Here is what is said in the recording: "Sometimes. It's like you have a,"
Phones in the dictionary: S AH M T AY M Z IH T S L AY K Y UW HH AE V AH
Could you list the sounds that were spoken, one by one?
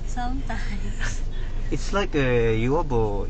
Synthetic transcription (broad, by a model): S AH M T AY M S IH T S L AY K Y UW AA B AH